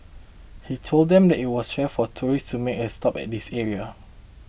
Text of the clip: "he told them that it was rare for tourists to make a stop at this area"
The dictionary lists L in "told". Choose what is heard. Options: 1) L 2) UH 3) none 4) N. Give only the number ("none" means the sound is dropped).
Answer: 1